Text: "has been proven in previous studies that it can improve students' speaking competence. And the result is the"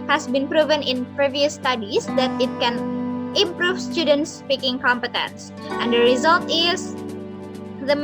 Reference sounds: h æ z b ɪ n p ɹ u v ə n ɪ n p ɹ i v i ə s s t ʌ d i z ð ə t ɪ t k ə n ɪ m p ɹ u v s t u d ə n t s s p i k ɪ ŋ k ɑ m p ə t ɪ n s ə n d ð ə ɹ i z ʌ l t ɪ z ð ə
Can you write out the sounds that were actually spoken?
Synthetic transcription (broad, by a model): h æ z b ɪ n p ɹ u v ə n ɪ n p ɹ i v i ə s s t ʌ d i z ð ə t ɪ t k ə n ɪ m p ɹ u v s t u d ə n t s s p i k ɪ ŋ k ɑ m p ə t ɪ n s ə n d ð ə ɹ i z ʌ l t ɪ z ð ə